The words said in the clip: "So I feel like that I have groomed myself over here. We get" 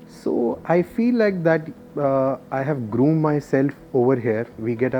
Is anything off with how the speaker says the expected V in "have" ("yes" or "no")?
no